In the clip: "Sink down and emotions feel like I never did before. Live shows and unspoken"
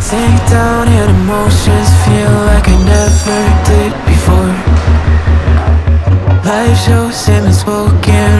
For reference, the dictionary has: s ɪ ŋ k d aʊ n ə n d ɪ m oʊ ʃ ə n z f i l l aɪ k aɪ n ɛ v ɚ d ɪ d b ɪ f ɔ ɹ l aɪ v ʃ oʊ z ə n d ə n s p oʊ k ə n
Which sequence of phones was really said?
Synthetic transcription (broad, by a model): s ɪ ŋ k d aʊ n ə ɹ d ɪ m oʊ ə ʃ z f i l l aɪ k aɪ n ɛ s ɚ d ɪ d b ɪ f ɔ ɹ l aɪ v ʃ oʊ s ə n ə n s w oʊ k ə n